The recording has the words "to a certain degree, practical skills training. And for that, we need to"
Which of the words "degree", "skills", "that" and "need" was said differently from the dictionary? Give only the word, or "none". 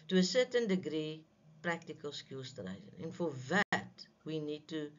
skills